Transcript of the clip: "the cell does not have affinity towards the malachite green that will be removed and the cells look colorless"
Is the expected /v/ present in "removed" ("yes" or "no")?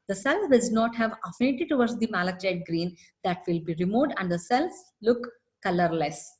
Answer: no